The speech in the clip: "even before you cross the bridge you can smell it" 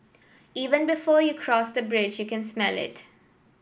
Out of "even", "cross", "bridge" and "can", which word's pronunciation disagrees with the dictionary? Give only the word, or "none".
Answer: none